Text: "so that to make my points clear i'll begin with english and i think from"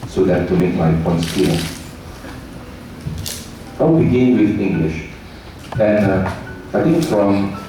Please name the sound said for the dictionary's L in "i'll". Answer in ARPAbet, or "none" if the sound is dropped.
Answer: W